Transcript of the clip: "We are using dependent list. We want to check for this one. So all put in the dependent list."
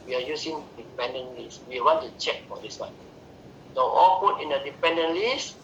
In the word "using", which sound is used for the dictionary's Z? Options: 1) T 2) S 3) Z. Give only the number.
2